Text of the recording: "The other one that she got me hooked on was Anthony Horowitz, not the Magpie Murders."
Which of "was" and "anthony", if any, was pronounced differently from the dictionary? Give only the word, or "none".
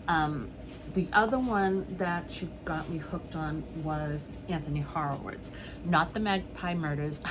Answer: none